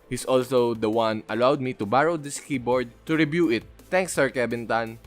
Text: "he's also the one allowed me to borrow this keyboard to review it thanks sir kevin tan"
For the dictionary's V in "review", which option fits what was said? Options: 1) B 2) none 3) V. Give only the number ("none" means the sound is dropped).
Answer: 1